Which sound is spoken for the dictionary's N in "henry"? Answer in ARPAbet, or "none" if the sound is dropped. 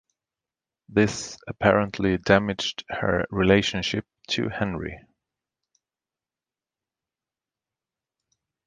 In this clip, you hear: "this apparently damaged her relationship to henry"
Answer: N